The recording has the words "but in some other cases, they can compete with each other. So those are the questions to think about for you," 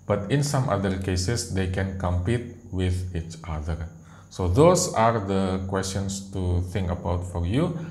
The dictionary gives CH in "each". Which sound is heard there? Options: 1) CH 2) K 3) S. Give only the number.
1